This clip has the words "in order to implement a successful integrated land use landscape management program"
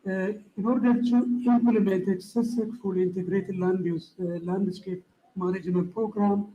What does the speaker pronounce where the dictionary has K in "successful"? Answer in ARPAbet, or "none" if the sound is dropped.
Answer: none